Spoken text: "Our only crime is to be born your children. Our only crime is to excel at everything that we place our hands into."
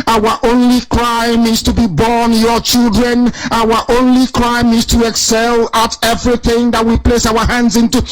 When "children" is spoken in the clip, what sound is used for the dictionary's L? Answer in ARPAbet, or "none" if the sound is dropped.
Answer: L